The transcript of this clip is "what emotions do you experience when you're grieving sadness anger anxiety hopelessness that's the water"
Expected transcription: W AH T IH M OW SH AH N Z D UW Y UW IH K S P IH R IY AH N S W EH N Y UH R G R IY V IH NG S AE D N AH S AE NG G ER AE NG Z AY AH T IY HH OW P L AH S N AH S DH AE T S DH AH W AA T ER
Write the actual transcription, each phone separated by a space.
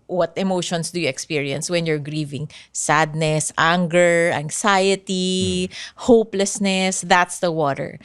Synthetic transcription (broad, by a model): W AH T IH M OW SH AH N S D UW Y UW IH K S P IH R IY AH N S W EH N Y UH R G R IY V IH NG S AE D N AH S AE NG G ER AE NG S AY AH T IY HH OW P L AH S N AH S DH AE T S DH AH W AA T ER